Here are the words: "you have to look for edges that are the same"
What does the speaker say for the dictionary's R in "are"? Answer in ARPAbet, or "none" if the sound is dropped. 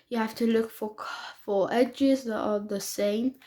L